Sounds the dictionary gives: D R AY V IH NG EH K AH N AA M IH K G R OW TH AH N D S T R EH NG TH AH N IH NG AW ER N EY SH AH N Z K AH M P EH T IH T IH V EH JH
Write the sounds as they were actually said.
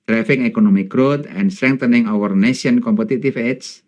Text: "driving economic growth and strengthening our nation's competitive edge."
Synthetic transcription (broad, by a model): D R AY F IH NG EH K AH N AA M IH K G R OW T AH N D S T R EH NG T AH N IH NG AW ER N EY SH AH N K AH M P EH T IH T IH F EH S